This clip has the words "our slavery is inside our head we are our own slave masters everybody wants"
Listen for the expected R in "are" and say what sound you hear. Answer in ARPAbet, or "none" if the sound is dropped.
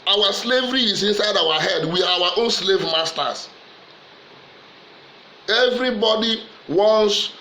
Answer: W